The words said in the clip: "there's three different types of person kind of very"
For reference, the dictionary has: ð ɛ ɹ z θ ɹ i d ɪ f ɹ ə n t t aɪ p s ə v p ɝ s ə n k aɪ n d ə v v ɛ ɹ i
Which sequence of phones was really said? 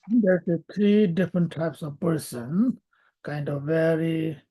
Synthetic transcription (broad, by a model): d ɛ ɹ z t ɹ i d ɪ f ɹ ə n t t aɪ p s ə v p ɝ s ə n k aɪ n d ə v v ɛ ɹ i